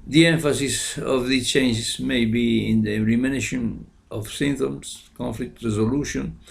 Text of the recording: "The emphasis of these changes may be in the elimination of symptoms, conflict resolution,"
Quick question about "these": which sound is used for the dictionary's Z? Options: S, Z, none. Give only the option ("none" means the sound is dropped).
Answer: none